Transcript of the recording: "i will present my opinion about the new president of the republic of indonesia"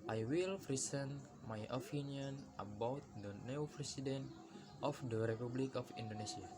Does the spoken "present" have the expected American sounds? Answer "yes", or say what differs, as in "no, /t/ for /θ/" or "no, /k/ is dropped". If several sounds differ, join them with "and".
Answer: no, /s/ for /z/